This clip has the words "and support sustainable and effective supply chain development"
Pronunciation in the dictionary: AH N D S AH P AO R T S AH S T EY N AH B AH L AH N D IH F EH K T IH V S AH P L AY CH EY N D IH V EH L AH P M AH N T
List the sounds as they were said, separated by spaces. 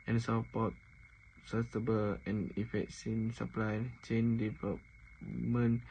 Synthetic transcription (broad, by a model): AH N S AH P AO T S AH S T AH B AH L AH N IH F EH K S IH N S AH P L AY CH EY N D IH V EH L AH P M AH N